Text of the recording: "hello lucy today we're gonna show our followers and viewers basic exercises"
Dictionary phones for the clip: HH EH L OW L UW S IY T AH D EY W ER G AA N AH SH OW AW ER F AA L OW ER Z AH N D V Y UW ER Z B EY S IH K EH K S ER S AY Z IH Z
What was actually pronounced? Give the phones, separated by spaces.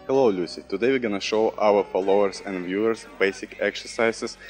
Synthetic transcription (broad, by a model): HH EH L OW L UW S IY T AH D EY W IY G AA N AH SH OW AW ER F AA L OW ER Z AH N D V Y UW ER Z B EY S IH K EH K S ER S AY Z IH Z